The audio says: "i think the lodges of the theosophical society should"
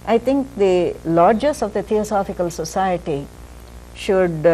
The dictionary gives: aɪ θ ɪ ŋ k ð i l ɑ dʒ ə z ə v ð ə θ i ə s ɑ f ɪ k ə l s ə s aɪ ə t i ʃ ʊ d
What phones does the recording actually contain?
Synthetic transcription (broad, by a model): aɪ t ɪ ŋ k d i l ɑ dʒ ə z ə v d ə t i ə s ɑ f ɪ k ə l s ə s aɪ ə t i ʃ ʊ d